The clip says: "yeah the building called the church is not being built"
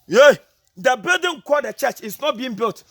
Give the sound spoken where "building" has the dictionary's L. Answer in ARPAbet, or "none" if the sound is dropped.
none